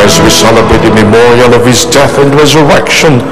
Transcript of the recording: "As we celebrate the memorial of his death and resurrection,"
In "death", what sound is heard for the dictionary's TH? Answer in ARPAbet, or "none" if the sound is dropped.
TH